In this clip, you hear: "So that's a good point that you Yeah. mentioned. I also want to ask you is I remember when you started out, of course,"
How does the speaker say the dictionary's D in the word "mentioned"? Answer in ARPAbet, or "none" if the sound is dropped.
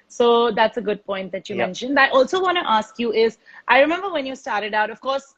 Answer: D